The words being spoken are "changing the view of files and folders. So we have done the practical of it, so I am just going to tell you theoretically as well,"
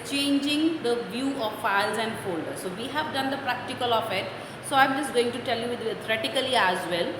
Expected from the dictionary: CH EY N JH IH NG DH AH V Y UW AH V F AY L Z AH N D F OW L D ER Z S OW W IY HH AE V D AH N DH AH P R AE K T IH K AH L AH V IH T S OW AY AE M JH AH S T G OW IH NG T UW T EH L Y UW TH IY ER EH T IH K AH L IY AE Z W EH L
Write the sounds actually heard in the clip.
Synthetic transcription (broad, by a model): CH EY N JH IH NG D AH V Y UW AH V F AY L Z AH N D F OW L D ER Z S OW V IY HH AE V D AH N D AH P R AE K T IH K AH L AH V IH T S OW AY M JH AH S T G OW IH NG T UW T EH L Y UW T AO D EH T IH K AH L IY AE Z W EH L